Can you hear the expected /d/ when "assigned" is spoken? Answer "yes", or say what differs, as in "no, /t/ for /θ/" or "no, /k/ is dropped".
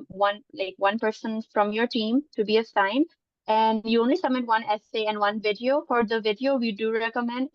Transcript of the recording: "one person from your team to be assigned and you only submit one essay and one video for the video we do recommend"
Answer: no, /d/ is dropped